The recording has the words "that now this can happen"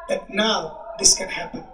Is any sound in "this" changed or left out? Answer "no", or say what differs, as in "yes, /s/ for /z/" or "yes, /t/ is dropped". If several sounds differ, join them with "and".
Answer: no